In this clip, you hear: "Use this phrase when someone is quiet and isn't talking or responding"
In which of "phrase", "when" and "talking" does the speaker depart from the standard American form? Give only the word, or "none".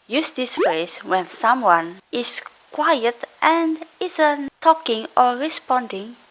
phrase